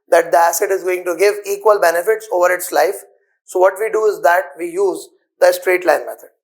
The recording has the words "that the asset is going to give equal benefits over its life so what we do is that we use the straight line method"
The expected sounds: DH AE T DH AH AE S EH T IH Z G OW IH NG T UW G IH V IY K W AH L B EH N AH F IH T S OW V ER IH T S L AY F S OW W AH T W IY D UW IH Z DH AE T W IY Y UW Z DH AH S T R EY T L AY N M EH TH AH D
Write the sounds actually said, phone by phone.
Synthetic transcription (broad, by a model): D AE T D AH AE S EH T IH Z G OW IH NG T UW G IH V IY K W AH L B EH N AH F IH T S OW V ER IH T S L AY F S OW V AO T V IY D UW IH Z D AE T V IY Y UW Z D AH S T R EY T L AY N M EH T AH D